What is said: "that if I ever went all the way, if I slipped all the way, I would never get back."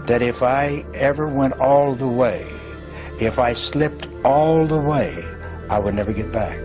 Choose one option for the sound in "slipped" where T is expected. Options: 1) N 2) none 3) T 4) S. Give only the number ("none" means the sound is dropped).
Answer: 3